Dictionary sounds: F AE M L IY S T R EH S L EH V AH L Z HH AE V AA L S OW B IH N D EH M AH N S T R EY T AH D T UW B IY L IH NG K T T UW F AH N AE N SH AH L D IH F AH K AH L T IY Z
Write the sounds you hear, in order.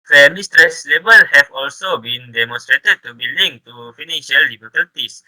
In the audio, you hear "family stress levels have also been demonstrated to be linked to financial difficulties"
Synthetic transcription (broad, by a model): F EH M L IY S T R EH S L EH B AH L HH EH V AA L S OW B IH N D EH M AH N S T R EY T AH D T UW B IY L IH NG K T T UW F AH N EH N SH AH L D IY F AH K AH L T IY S